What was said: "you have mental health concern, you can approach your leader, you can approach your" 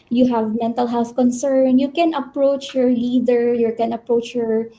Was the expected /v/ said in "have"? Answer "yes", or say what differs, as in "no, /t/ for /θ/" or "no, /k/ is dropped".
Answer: yes